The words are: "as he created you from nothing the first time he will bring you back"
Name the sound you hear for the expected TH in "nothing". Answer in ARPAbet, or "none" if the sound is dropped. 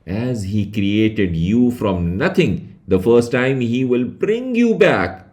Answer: T